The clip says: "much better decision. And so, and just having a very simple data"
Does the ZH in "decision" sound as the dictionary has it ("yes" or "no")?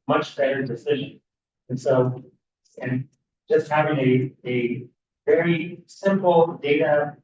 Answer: yes